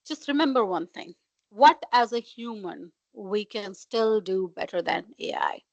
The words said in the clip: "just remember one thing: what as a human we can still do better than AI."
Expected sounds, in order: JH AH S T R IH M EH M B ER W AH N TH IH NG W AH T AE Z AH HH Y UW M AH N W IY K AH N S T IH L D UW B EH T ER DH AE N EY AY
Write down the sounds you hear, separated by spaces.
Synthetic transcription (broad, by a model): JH AH S T R IH M EH M B ER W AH N T IH NG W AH T AE Z AH HH Y UW M AH N W IY K AH N S T IH L D UW B EH T ER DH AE N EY AY